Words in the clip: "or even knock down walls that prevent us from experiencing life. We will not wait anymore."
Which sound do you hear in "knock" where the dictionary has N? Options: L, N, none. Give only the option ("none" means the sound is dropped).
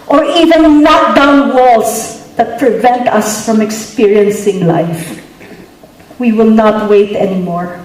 L